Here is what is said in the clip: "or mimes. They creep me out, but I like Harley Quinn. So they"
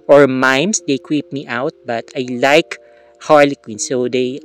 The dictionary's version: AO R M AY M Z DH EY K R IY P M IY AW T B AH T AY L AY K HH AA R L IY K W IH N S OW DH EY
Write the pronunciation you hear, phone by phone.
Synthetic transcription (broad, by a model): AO R M AY M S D EY K W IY P M IY AW T B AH T AY L AY K HH AA R L IY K W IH N S OW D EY